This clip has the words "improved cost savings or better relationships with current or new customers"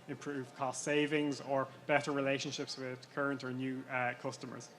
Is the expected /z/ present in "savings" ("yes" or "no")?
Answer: yes